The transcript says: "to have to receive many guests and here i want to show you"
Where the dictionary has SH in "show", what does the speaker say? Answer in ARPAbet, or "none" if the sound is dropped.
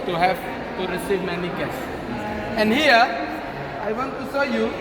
S